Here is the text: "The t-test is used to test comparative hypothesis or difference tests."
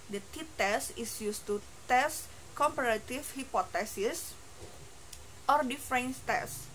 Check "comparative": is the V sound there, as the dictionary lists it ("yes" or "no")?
no